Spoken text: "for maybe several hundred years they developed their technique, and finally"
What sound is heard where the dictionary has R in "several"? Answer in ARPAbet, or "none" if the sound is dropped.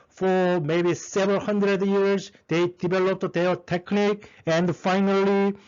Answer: none